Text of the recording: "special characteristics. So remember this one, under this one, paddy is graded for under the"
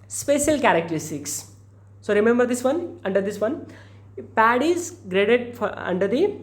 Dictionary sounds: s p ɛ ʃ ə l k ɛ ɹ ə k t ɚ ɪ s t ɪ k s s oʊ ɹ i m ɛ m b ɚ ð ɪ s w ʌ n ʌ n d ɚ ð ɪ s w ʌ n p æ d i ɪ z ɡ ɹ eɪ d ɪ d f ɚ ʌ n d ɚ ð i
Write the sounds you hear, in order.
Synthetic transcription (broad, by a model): s p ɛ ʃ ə l k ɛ ɹ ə k t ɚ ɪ s t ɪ k s s oʊ ɹ i m ɛ m b ɚ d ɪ s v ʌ n ʌ n d ɚ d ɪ s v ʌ n p æ d i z ɡ ɹ eɪ d ɪ d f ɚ ʌ n d ɚ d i